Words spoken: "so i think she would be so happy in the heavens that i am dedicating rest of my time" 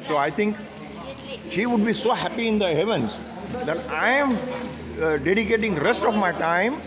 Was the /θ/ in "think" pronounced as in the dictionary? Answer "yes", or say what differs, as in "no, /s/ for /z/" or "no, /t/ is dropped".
no, /t/ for /θ/